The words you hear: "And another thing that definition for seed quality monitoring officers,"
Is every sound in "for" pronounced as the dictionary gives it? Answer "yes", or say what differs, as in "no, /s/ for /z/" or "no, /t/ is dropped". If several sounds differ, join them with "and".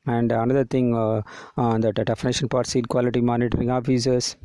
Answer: no, /p/ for /f/